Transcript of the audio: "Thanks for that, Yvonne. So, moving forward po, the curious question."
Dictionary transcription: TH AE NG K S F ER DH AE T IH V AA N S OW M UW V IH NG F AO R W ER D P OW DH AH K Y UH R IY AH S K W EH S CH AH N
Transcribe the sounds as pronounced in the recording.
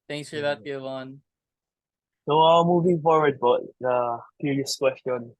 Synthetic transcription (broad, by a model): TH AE NG K S F ER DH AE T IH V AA N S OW M UW V IH NG F AO R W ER D B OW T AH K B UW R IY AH S K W EH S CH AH N